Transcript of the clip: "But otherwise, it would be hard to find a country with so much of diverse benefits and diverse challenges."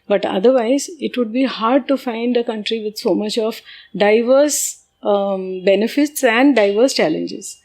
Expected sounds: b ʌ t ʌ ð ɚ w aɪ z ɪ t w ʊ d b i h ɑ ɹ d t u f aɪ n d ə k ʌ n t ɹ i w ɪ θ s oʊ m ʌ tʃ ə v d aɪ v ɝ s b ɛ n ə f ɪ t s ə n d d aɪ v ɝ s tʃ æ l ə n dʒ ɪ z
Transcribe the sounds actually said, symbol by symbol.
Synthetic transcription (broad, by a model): b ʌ t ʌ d ɚ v aɪ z ɪ t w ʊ d b i h ɑ ɹ d t u f aɪ n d ə k ʌ n t ɹ i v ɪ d s oʊ m ʌ tʃ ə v d aɪ v ɝ s b ɛ n ə f ɪ t s ə n d d aɪ v ɝ s tʃ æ l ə n dʒ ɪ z